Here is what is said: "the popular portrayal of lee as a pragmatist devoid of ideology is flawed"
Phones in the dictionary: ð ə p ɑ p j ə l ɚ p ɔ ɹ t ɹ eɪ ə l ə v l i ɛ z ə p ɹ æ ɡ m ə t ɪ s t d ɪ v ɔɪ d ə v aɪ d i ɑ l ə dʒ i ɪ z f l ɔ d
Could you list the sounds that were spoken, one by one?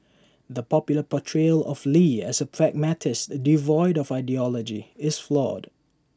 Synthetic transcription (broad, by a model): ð ə p ɑ p j l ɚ p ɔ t ɹ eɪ l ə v l i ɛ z ə p ɹ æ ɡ m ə t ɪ s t d ɪ v ɔɪ d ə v aɪ d i ɑ l ə dʒ i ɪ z f l ɔ d